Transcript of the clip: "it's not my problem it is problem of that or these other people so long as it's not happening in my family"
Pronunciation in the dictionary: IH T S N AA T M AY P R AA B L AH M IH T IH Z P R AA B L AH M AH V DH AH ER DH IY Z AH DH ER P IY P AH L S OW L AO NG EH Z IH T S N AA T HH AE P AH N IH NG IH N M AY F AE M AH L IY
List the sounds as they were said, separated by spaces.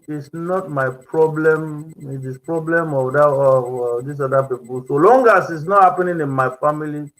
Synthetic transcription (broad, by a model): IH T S N AA T M AY P R AA B L AH M IH T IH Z P R AA B L AH M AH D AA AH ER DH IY S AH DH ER P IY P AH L S OW L AO NG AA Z IH T S N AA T HH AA P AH N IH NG IH N M AY F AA M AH L IY